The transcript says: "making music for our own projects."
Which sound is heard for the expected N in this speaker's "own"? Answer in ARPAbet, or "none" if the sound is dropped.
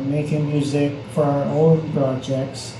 L